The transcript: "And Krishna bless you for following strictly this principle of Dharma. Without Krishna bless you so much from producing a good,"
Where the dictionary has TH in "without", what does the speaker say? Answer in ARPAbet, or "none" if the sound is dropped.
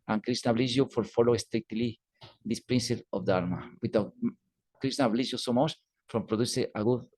T